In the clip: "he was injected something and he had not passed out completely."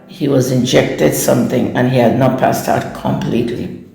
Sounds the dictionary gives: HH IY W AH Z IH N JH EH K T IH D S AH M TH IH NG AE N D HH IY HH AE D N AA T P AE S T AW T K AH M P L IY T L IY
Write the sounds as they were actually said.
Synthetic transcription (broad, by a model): HH IY W AH Z IH N JH EH K T IH D S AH M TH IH NG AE N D HH IY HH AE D N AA T P AE S T AW T K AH M P L IY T L IY